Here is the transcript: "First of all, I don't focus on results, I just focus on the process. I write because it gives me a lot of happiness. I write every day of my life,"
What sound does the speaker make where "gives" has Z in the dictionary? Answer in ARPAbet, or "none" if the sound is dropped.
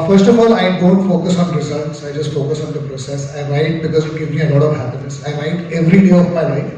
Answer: none